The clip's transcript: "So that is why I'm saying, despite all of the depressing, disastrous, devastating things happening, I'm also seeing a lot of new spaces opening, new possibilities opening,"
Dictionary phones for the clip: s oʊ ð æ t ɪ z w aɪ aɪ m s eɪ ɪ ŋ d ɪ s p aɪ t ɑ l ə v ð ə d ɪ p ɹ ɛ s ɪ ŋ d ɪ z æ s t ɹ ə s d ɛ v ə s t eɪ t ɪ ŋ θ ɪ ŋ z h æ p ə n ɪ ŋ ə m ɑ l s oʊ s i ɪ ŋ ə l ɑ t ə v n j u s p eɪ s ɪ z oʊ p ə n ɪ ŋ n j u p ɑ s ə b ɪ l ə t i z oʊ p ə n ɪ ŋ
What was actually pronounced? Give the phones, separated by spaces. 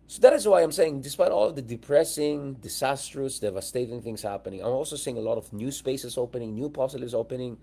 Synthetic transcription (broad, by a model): s oʊ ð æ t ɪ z w aɪ aɪ m s eɪ ɪ ŋ d ɪ s p aɪ t ɑ l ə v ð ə d ɪ p ɹ ɛ s ɪ ŋ d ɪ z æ s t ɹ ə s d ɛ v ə s t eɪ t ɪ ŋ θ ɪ ŋ s h æ p ə n ɪ ŋ ə m ɑ l s oʊ s i ɪ ŋ ə l ɑ t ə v n j u s p eɪ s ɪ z oʊ p ə n ɪ ŋ n j u p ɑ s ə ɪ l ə s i ʊ p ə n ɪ ŋ